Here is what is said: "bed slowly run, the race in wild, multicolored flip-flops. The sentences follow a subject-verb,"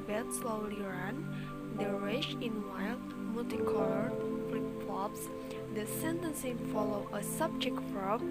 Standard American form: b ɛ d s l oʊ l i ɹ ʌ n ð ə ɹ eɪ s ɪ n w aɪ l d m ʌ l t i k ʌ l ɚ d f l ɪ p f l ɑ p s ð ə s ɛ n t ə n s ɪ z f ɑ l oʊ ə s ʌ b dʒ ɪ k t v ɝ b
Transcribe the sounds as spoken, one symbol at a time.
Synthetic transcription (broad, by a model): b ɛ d s l oʊ l i ɹ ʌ n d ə ɹ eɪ ʃ ɪ n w aɪ l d m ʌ l t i k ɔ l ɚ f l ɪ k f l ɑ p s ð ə s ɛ n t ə n s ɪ f ɑ l oʊ ə s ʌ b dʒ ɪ k t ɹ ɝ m